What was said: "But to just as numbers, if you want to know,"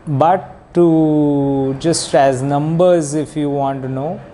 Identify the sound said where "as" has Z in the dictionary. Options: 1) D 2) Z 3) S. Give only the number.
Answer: 2